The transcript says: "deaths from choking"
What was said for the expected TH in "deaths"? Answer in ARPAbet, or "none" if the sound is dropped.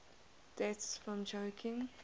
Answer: T